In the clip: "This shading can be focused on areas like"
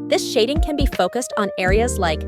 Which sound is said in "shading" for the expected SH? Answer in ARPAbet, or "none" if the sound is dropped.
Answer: SH